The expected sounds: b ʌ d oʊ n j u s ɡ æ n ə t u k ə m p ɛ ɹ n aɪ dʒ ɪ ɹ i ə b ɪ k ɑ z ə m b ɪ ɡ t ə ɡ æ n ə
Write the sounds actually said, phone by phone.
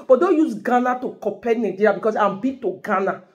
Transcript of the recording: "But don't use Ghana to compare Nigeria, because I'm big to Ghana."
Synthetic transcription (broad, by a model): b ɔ d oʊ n j u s ɡ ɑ n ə t u k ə p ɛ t n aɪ dʒ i ɹ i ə b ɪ k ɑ s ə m b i t ə ɡ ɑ n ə